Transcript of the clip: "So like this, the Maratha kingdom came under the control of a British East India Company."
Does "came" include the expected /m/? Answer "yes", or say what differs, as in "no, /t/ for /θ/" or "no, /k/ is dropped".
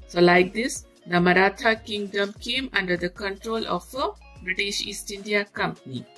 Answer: yes